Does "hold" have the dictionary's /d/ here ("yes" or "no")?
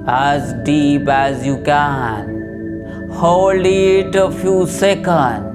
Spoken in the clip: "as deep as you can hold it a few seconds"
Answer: no